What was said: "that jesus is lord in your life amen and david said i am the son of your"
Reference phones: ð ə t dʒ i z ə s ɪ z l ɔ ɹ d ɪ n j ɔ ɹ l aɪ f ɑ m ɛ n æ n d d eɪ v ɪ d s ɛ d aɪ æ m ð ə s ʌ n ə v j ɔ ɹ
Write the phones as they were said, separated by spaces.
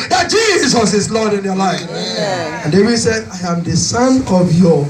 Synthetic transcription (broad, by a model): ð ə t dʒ i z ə s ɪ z l ɔ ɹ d ɪ n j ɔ l aɪ f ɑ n n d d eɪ w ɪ s ɛ d aɪ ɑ m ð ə s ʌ n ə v j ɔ